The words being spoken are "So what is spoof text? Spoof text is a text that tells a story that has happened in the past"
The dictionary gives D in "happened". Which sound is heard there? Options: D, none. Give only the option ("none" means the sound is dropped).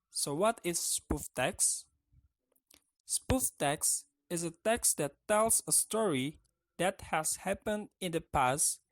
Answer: D